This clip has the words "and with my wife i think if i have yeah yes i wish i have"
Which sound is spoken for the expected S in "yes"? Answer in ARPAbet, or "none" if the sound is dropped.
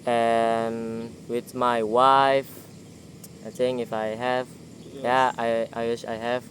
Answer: none